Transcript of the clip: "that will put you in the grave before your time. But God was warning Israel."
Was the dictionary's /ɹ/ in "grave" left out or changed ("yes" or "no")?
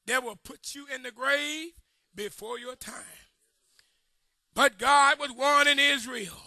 no